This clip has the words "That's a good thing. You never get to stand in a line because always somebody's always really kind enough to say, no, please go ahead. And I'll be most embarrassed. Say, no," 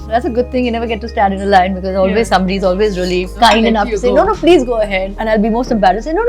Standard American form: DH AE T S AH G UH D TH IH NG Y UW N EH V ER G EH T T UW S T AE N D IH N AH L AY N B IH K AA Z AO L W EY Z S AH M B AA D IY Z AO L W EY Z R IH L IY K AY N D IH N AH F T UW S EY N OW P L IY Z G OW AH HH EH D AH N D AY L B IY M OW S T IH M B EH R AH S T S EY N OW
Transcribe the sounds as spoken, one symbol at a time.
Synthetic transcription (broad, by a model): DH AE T S AH G UH D T IH NG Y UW N EH V ER G EH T T UW S T AE N D IH N AH L AY N B IH K AA Z AO L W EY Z S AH M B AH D IY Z AO L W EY Z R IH L IY K AY N D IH N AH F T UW S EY N OW P L IY Z G OW AH HH EH D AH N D AY L B IY M OW S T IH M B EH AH T S EY N OW